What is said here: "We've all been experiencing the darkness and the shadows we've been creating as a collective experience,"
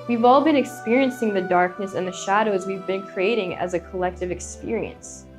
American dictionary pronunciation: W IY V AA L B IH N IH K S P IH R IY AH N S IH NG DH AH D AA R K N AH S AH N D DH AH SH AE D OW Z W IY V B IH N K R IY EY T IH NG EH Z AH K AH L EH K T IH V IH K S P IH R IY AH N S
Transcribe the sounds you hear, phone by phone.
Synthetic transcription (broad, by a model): W IY V AA L B IH N IH K S P IH R IY AH N S IH NG DH AH D AA R K N AH S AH N DH AH SH AE D OW Z W IY V B IH N K R IY EY T IH NG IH Z AH K AH L EH K T IH V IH K S P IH R IY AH N S